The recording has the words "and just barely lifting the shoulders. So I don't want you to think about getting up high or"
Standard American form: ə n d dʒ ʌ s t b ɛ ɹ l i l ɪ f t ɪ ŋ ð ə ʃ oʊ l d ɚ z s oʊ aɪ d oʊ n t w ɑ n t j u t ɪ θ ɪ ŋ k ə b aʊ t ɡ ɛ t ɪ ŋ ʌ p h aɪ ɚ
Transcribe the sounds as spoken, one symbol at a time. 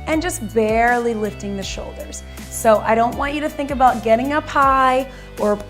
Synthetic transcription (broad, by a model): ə n dʒ ʌ s t b ɛ ɹ l i l ɪ f t ɪ ŋ ð ə ʃ oʊ l d ɚ z s oʊ aɪ d oʊ n t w ɑ n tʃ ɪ t ɪ θ ɪ ŋ k ə b aʊ t ɡ ɛ t ɪ ŋ ʌ p aɪ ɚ